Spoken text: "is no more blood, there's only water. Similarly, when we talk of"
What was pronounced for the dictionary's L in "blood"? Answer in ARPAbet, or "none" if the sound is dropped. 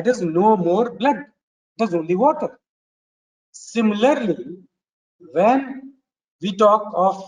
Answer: L